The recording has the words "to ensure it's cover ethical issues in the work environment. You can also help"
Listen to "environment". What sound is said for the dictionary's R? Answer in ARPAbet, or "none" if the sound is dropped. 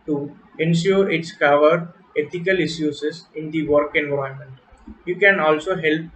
none